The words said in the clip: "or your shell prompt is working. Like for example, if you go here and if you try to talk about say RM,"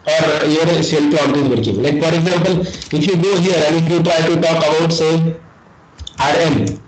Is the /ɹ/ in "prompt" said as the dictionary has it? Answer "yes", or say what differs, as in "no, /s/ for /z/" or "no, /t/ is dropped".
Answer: no, /l/ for /ɹ/